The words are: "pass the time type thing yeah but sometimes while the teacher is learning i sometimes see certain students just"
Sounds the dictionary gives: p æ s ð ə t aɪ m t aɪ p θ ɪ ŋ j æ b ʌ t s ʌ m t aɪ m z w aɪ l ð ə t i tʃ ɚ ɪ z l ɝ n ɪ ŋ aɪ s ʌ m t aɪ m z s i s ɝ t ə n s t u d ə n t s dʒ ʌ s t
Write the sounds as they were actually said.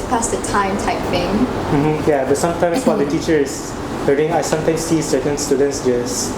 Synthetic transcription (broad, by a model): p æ s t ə t aɪ m t aɪ p f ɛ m j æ b ʌ t s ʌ m t aɪ m s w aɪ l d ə t i tʃ ɚ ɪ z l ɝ ɪ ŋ aɪ s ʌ m t aɪ m s i s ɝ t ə n s t u d ə n t s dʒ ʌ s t